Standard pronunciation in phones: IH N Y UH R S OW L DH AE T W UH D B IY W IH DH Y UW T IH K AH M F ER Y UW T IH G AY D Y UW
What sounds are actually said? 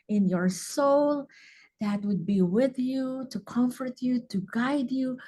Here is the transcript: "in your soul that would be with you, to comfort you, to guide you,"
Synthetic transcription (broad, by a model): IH N Y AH R S OW L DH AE T W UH D B IY W IH DH Y UW T IH K AH M F ER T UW T IH G AY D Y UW